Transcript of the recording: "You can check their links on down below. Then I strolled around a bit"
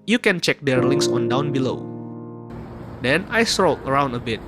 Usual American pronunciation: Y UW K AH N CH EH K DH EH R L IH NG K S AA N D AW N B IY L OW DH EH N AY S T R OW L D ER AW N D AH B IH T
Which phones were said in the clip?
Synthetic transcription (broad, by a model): Y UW K AH N CH EH K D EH R L IH NG K S AA N D AW N B IY L OW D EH N AY S T R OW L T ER AW N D AH B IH T